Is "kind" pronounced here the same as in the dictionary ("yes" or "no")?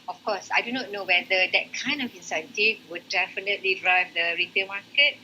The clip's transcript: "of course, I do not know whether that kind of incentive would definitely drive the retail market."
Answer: yes